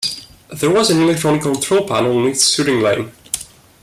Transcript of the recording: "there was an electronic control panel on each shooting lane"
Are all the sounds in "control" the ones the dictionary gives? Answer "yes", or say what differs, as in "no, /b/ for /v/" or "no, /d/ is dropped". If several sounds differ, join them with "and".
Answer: no, /l/ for /n/